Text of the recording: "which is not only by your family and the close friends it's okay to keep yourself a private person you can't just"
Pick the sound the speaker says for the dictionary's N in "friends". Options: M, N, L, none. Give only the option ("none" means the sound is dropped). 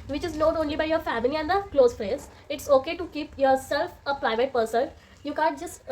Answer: none